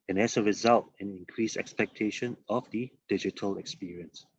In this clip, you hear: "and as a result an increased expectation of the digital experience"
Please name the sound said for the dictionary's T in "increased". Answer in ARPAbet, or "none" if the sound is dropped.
none